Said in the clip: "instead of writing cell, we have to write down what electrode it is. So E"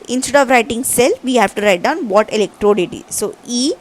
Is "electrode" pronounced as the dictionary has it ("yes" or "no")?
yes